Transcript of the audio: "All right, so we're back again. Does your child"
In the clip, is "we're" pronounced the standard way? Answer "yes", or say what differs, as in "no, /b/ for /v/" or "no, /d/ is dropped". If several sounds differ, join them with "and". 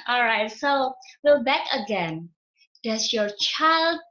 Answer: no, /l/ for /ɹ/